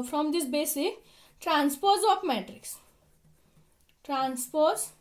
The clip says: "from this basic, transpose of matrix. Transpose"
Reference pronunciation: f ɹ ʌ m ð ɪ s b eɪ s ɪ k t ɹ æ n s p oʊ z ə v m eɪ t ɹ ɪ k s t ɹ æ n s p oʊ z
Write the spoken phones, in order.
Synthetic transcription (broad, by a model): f ɹ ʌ m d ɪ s b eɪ s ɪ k t ɹ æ n s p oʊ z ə p m eɪ t ɹ ɪ k s t ɹ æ n s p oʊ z